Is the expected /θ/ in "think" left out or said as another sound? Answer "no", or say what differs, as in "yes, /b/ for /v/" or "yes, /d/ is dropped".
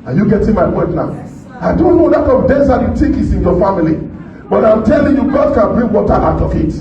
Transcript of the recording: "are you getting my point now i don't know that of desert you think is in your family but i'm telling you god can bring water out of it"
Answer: yes, /t/ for /θ/